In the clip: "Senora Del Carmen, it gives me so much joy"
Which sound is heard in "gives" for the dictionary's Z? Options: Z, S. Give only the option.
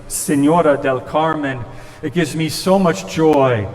Z